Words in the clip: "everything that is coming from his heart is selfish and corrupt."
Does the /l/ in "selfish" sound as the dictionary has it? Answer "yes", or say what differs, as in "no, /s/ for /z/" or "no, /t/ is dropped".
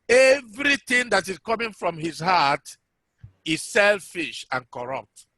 yes